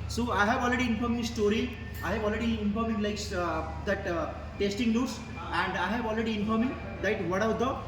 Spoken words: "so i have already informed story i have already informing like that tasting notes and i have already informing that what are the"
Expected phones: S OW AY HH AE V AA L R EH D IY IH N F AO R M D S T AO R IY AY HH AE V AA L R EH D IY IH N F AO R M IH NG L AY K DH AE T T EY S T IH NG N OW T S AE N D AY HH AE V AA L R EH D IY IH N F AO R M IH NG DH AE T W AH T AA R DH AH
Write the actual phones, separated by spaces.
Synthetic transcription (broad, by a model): S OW AY HH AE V AA L R EH D IY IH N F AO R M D S T AO R IY AY HH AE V AA L R EH D IY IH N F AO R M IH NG L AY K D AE T T EY S T IH NG L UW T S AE N D AY HH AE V AA L R EH D IY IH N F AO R M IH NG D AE T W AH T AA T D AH